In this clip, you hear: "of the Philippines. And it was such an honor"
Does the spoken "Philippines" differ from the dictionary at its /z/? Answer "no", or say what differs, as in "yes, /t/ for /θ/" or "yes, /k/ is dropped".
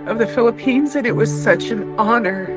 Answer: no